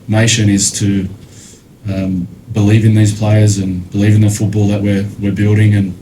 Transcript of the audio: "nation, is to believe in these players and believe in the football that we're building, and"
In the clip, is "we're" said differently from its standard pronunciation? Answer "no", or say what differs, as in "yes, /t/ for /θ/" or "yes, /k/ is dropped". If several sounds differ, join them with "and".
no